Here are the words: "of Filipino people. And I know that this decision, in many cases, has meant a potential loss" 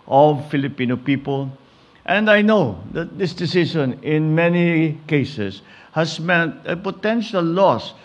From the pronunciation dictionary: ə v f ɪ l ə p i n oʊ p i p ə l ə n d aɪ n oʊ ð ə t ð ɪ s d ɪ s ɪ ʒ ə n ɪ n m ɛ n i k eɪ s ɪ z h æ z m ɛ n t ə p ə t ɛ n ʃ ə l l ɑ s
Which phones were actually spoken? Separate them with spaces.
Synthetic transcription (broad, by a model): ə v f ɪ l ə p i n oʊ p i p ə l ə n d aɪ n oʊ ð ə t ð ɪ s d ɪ s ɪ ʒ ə n ɪ n m ɛ n i k eɪ s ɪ s h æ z m ɛ n t ə p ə t ɛ n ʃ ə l l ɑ s